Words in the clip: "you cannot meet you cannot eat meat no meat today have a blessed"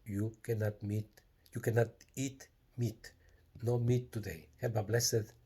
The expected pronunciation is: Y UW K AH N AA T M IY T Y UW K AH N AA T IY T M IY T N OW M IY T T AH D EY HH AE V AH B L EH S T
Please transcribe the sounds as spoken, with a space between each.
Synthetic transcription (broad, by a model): Y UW K AH N AA T M IY T Y UW K AH N AA T IY T M IY T N OW M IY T T AH D EY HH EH B AH B L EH S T